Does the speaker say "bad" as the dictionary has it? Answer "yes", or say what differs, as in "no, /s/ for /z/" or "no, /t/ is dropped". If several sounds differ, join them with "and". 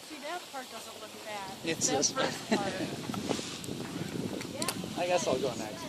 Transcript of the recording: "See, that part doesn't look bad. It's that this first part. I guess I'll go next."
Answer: no, /d/ is dropped